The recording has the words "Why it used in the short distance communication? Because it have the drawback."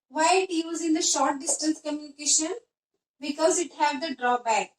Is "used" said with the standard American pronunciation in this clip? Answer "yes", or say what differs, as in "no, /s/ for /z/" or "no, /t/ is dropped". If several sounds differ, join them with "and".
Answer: no, /d/ is dropped